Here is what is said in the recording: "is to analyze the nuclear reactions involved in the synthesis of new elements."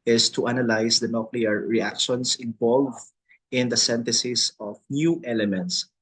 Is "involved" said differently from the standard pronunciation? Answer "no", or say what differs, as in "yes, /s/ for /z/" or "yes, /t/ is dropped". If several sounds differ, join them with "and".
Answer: yes, /d/ is dropped